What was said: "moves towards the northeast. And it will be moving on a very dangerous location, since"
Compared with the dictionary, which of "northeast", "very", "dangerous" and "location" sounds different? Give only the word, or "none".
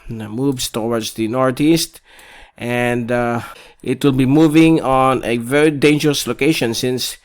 northeast